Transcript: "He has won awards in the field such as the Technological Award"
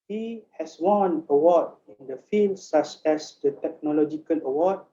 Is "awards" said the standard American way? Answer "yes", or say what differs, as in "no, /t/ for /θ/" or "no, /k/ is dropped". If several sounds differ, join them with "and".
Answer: no, /z/ is dropped